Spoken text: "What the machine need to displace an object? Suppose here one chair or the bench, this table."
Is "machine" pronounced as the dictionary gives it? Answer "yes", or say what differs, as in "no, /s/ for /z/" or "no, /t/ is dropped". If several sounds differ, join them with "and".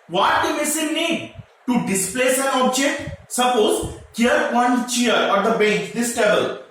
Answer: no, /s/ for /ʃ/